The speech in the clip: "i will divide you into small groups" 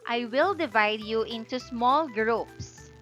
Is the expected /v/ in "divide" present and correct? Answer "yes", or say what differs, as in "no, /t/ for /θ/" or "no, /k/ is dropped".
yes